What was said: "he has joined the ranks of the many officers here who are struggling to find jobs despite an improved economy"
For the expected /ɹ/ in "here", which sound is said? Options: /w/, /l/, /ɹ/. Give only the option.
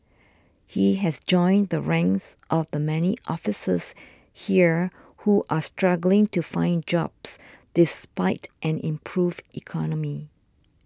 /ɹ/